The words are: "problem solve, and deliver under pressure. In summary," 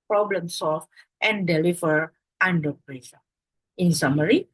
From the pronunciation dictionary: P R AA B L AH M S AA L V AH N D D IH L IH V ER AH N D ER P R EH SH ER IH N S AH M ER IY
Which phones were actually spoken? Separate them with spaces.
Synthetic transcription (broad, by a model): P R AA B L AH M S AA L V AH N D D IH L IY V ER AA N D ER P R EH S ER IH N S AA M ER IY